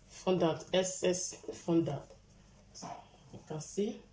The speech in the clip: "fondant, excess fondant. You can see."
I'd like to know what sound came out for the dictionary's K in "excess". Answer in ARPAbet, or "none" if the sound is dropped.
none